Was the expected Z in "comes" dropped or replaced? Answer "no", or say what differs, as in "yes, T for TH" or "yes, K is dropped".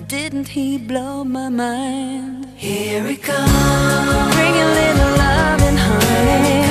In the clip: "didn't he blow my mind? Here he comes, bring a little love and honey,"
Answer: yes, Z is dropped